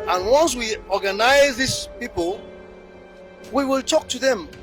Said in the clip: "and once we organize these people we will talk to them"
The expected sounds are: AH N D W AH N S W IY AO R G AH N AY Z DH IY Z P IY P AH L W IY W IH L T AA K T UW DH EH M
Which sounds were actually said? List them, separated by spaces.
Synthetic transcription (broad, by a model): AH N W AH N S W IY AO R G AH N AY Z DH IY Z P IY P AH L W IY W IH L T AA K T UW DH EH M